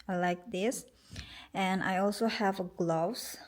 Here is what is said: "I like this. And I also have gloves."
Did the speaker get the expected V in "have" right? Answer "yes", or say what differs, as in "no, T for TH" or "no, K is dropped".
yes